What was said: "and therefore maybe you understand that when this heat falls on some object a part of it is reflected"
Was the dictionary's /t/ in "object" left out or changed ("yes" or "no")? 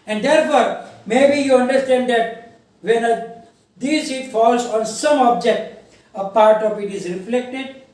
no